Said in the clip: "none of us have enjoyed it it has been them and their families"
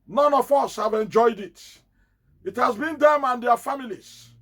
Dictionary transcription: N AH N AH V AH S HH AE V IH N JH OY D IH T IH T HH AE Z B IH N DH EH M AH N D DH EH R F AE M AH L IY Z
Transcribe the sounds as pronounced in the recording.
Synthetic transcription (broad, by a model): N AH N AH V AH S HH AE V IH N JH OY D IH T IH T HH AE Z B IH N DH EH M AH N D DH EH F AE M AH L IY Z